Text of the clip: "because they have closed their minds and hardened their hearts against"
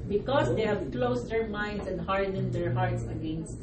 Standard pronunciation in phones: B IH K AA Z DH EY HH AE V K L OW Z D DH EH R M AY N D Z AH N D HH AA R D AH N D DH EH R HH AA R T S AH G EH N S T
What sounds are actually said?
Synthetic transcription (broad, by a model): B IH K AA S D EY HH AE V K L OW S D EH R M AY N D S AH N D HH AA R D AH N D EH R HH AA R T S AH G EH N S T